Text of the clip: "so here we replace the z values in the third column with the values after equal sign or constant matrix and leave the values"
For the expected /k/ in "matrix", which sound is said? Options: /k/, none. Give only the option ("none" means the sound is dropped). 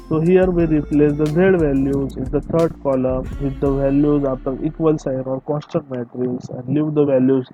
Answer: none